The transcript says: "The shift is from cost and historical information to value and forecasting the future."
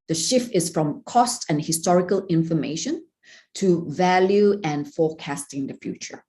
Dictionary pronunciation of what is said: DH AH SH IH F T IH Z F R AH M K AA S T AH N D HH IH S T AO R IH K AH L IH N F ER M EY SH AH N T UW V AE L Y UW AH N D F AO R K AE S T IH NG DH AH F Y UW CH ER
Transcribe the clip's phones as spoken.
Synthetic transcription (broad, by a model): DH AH SH IH F T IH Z F R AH M K AA S T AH N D HH IH S T AO R IH K AH L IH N F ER M EY SH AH N T UW V AE L Y UW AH N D F AO K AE S T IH NG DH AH F Y UW CH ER